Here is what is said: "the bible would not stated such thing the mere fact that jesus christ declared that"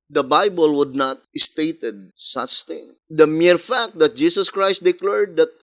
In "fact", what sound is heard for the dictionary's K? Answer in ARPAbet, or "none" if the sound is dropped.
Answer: K